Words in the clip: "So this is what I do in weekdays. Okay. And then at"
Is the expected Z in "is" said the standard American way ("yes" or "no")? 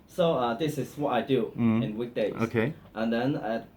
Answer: no